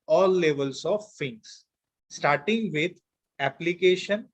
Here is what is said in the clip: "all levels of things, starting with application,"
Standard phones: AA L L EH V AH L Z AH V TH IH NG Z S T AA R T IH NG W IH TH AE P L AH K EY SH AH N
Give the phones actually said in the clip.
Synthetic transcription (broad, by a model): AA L L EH V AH L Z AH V F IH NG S S T AA R T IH NG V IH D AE P L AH K EY SH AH N